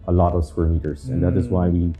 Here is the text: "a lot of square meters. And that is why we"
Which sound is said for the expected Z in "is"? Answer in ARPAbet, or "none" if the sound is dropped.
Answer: Z